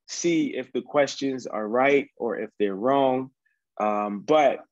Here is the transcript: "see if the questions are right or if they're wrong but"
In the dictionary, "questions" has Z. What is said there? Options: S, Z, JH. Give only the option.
Z